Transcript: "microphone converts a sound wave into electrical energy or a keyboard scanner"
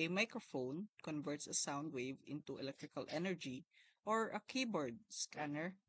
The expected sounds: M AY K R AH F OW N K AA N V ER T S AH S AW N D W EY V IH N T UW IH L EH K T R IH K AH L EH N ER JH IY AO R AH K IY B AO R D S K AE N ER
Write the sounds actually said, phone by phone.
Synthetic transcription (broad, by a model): M AY K R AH F OW N K AA N V ER T S AH S AW N D W EY V IH N T UW IH L EH K T R IH K AH L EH N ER JH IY AO R AH K IY B AO R D S K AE N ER